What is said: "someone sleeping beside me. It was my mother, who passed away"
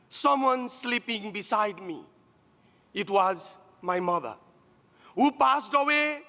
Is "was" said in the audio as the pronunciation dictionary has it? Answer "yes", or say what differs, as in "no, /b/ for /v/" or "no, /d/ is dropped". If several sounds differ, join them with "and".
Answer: yes